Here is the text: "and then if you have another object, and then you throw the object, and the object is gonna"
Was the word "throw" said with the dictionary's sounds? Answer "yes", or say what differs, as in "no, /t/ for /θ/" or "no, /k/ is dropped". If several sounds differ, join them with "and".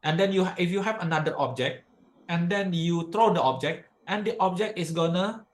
no, /t/ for /θ/